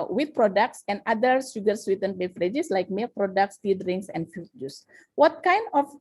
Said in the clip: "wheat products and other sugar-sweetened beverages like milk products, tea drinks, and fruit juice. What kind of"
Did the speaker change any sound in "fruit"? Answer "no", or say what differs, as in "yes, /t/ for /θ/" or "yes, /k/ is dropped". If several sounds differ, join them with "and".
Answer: yes, /ɹ/ is dropped